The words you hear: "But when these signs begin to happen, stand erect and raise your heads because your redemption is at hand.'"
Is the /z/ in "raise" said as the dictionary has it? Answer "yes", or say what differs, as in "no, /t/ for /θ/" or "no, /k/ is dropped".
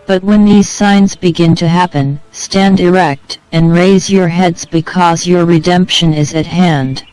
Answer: yes